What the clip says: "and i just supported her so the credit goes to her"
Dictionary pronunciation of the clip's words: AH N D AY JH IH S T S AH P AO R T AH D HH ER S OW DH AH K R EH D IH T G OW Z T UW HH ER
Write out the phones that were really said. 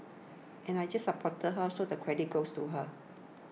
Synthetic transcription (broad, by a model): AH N AY JH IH S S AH P AO T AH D HH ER S OW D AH K R EH D IH T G OW S T UW HH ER